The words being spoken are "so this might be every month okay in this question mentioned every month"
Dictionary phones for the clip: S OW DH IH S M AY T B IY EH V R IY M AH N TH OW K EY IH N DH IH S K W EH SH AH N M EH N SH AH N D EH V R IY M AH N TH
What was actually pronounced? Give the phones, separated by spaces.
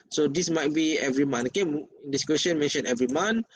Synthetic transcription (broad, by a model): S OW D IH S M AY T B IY EH V R IY M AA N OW K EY IH N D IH S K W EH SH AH N M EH N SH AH N EH V R IY M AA N